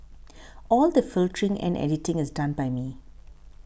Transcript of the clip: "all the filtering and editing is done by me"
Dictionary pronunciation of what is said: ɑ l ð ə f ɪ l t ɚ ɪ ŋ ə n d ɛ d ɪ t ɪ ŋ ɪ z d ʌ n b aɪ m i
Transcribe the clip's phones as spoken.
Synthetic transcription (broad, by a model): ɑ l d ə f ɪ l t ɚ ɪ ŋ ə n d ɛ d ɪ t ɪ ŋ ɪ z d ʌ n b aɪ m i